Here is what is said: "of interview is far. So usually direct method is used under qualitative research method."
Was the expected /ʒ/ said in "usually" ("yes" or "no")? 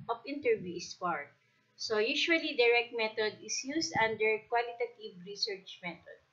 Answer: no